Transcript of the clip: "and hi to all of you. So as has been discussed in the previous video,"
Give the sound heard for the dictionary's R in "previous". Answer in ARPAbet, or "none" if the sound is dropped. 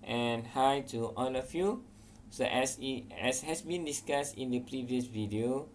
R